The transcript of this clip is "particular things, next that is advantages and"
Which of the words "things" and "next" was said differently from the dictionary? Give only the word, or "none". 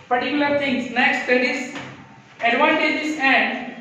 things